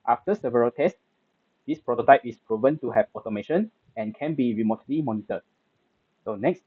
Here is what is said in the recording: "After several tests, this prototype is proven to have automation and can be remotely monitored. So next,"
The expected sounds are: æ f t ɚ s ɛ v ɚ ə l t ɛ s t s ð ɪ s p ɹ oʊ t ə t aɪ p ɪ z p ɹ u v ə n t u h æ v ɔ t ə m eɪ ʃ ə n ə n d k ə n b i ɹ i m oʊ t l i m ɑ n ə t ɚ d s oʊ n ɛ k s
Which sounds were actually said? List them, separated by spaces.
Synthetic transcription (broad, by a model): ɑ f t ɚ s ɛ v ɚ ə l t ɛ s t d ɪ s p ɹ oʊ t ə t aɪ p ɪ s p ɹ u v ə n t u h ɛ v ɔ t ə m eɪ ʃ ə n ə n k ə n b i ɹ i m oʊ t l i m ɑ n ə t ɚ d s oʊ n ɛ k s